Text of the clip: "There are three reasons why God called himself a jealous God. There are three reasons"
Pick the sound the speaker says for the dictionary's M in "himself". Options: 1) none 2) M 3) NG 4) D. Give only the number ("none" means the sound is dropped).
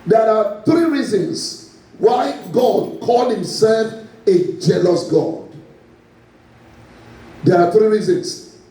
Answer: 2